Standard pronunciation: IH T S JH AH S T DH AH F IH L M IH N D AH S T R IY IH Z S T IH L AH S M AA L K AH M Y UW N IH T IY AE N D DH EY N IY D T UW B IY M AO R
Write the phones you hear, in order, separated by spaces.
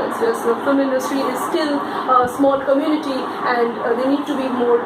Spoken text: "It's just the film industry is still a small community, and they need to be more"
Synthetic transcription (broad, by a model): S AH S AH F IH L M IH N D AH S T R IY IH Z S T IH L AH S M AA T K AH M Y UW N IH T IY AE N D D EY N IY D T UW B IY M AO R